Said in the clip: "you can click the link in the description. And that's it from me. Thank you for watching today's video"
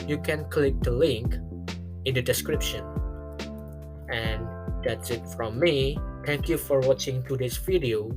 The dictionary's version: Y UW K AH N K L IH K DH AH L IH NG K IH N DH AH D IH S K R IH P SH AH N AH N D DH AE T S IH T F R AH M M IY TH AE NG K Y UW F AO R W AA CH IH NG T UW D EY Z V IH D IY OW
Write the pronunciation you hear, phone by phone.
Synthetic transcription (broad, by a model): Y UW K AH N K L IH K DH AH L IH NG K IH N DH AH D IH S K R IH P SH AH N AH N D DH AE T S IH T F R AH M M IY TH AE NG K Y UW F AO R W AA CH IH NG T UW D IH S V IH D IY OW